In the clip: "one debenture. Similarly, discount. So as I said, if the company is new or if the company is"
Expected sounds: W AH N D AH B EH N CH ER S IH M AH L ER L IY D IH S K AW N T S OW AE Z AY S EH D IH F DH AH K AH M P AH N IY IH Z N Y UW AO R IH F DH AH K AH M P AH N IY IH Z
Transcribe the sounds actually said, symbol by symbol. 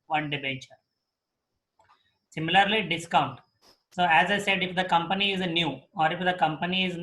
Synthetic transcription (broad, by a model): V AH N D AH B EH CH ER S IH M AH L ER L IY D IH S K AW N T S OW AE Z AY S EH D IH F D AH K AH M P AH N IY IH Z N Y UW AO R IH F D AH K AH M P AH N IY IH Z